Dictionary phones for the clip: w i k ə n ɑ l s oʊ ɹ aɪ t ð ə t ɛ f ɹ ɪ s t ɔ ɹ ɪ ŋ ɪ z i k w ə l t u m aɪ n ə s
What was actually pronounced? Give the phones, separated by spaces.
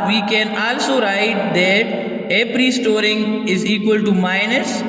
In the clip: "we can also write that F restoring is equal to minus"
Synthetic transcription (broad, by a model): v i k ə n ɑ l s oʊ ɹ aɪ t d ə t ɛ p ɹ ɪ s t ɔ ɹ ɪ ŋ ɪ z i k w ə l t u m aɪ n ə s